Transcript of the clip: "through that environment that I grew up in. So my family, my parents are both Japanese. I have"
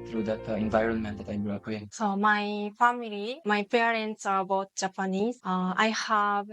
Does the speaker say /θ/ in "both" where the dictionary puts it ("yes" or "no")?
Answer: no